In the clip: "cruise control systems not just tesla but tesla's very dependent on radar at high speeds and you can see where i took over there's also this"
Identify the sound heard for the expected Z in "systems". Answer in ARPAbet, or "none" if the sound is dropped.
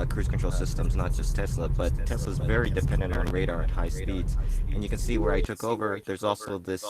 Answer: Z